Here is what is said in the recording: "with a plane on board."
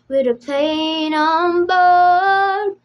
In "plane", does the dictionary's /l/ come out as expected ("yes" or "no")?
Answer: no